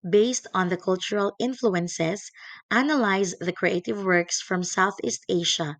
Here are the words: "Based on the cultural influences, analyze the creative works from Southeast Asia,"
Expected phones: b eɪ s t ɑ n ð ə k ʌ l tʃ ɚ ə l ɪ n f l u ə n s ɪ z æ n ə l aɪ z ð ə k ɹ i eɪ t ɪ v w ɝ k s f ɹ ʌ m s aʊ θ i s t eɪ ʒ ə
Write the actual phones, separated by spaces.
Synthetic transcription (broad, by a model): b eɪ s t ɑ n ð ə k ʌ l tʃ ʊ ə l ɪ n f l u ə n s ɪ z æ n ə l aɪ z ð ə k ɹ i eɪ t ɪ v w ɝ k s f ɹ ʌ m s aʊ θ i s t eɪ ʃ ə